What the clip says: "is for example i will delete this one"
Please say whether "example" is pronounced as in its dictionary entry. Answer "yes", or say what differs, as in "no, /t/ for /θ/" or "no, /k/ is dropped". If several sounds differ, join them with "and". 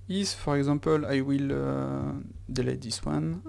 no, /m/ is dropped